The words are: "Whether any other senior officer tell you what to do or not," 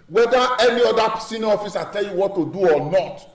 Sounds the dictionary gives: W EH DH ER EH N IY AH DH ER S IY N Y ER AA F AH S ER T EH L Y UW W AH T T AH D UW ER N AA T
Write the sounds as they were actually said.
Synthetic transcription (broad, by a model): W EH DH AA EH N IY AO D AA S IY N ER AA F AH S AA T EH L Y UW W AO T T AH D UW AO N AA T